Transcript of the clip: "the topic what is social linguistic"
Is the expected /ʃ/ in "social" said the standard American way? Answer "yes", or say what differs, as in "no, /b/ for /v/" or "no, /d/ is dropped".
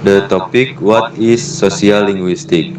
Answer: no, /s/ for /ʃ/